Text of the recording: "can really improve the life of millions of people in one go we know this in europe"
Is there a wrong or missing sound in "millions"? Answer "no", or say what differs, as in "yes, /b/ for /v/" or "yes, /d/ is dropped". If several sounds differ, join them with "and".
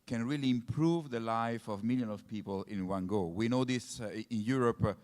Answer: yes, /z/ is dropped